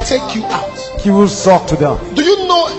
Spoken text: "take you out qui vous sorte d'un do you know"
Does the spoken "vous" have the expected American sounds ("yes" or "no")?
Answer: no